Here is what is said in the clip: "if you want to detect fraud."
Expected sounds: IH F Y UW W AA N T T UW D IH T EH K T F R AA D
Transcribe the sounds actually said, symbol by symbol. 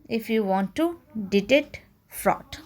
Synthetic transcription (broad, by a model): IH F Y UW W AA N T T UW D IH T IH T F R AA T